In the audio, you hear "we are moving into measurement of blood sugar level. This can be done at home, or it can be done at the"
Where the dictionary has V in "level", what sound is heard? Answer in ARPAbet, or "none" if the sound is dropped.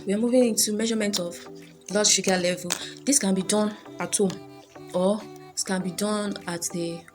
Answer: V